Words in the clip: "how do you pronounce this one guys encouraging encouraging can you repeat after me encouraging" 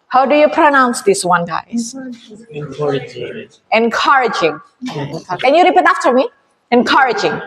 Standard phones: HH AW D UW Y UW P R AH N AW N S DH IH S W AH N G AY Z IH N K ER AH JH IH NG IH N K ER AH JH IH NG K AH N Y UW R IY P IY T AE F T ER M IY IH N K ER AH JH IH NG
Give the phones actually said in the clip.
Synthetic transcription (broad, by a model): HH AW D UW Y UW P R AH N AW N S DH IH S W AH N G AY IH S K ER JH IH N K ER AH JH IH NG K AH N Y UW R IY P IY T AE F T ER M IY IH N K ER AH JH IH NG